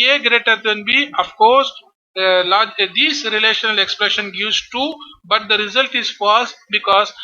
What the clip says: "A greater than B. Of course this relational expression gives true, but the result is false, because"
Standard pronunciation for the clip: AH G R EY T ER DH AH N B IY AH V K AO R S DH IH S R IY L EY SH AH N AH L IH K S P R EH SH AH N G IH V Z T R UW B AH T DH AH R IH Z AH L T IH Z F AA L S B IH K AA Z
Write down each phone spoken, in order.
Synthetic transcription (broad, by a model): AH G R EY T ER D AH N B IY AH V K AO R S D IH S R IY L EY SH AH N AH L IH K S P R EH SH AH N G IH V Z T UW B AH T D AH R IH Z AH L T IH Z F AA S B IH K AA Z